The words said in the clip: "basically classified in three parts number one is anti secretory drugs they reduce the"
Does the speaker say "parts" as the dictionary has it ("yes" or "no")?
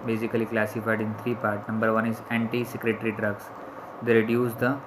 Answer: no